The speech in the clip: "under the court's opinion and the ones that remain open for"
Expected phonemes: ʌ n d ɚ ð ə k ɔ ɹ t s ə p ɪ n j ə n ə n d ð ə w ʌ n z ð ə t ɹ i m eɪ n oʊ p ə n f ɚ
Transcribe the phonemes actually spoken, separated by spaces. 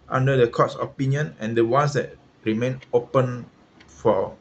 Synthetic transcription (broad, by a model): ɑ n d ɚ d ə k ɔ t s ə p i n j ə n ə n d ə w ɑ n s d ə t ɹ i m eɪ n oʊ p ə n f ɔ